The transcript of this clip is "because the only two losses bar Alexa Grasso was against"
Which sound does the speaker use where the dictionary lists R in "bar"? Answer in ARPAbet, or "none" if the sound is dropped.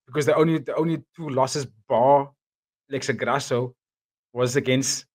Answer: L